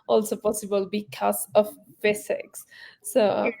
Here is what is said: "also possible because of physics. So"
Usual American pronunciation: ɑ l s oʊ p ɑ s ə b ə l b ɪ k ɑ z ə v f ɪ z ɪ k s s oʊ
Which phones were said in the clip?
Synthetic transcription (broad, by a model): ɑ l s oʊ p ɑ s ə b ə l b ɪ k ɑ s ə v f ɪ s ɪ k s s oʊ